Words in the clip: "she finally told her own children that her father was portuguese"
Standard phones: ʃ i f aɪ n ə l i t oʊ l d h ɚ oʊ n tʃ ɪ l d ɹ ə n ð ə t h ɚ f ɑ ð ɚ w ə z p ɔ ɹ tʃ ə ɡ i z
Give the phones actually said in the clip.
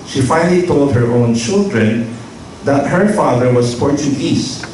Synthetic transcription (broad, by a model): ʃ i f aɪ n ə l i t oʊ l d h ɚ oʊ n tʃ ɪ l d ɹ ə n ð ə t h ɚ f ɑ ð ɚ w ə s p ɔ ɹ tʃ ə ɡ i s